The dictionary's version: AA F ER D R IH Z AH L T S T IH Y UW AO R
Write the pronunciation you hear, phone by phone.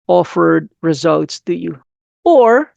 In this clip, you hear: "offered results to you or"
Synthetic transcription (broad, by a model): AA F ER D R IH Z AH L T S T IH Y UW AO R